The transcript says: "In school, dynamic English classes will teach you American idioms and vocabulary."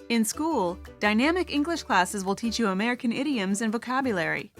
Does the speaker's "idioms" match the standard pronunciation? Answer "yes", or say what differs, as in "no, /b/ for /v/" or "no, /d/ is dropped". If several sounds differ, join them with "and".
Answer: yes